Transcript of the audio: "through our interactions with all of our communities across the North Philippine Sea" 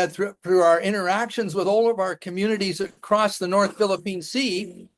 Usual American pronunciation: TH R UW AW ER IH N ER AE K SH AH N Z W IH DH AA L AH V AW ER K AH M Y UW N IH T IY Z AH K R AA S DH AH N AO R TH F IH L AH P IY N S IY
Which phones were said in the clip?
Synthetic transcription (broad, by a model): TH R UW AW ER IH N ER AE K SH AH N Z W IH DH AA L AH V AW ER K AH M Y UW N IH T IY Z AH K R AA S DH AH N AO R TH F IH L AH P IY N S IY